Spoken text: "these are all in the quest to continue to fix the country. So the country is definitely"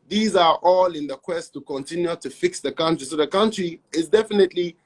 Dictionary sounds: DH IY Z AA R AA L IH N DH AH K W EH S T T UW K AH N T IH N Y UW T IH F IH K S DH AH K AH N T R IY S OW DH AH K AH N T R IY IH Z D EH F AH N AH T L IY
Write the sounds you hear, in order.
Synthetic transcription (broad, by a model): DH IY Z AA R AA L IH N DH AH K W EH S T T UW K AH N T IH N Y UW T IH F IH K S DH AH K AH N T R IY S OW DH AH K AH N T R IY IH Z D EH F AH N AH T L IY